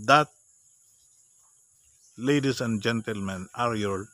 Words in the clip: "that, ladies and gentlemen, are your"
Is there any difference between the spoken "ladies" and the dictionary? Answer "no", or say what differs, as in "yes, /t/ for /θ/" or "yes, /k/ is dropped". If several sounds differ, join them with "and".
yes, /s/ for /z/